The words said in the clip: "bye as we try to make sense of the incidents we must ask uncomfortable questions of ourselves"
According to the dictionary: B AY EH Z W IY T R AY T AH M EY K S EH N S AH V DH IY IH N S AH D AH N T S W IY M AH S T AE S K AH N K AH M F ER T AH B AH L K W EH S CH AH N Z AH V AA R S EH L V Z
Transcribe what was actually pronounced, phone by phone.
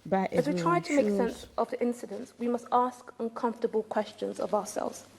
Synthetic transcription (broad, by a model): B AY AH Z W IY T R AY T AH M EY K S EH N S AH V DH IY IH N S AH D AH N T S W IY M AH S T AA S K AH N K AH M F T AH B AH L K W EH S CH AH N Z AH V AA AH S EH L V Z